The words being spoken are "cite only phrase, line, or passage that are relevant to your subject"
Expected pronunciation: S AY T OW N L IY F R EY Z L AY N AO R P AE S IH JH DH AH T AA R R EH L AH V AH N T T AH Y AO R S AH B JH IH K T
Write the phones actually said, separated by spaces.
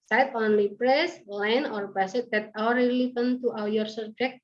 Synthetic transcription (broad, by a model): S AY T OW N L IY P R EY S L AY N AO R B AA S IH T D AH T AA W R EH L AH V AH N T T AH Y AO R S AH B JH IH K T